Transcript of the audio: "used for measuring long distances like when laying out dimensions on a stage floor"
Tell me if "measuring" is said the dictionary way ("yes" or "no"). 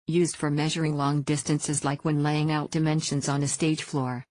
yes